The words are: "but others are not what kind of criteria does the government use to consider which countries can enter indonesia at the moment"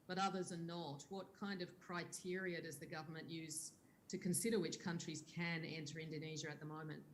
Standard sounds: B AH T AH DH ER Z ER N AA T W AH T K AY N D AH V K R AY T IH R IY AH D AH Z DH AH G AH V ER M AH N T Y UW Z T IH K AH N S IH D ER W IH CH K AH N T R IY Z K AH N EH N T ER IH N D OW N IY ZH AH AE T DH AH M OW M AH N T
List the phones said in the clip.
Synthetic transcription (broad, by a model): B AH T AH DH ER Z ER N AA T W AH T K AY N D AH V K R AY T IH R IY AH D AH Z DH AH G AH V ER M AH N T Y UW Z T IH K AH N S IH D ER W IH CH K AH N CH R IY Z K AH N EH N T ER IH N D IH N IY ZH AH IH T DH AH M OW M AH N T